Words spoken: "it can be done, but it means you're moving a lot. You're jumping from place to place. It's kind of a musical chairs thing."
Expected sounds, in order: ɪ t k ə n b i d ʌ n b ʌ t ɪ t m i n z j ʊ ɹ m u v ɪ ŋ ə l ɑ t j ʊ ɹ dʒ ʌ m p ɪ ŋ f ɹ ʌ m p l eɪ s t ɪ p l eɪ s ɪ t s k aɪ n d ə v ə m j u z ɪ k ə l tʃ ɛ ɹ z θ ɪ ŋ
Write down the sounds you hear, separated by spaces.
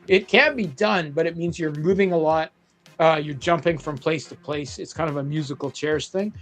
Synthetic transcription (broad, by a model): ɪ t k ə n b i d ʌ n b ʌ t ɪ t m i n z j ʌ ɹ m u v ɪ ŋ ə l ɑ t j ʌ ɹ dʒ ʌ m p ɪ ŋ f ɹ ʌ m p l eɪ s t ɪ p l eɪ s ɪ t s k aɪ n d ə v ə m j u z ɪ k l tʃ ɛ ɹ s θ ɪ ŋ